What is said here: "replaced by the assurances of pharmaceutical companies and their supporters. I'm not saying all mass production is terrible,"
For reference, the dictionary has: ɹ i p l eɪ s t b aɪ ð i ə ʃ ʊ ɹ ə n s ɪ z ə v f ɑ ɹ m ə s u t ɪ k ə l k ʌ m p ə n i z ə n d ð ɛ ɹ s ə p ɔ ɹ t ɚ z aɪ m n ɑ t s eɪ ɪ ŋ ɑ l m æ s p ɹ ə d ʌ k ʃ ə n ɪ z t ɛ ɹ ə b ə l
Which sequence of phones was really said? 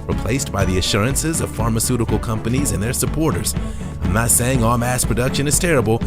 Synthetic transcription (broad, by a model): ɹ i p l eɪ s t b aɪ ð i ə ʃ ʊ ɹ ə n s ɪ z ə v f ɑ ɹ m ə s u t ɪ k l k ʌ m p ə n i z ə n ð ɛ ɹ s ə p ɔ ɹ t ɚ z aɪ m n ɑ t s eɪ ɪ ŋ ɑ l m æ s p ɹ ə d ʌ k ʃ ə n ɪ z t ɛ ɹ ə b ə l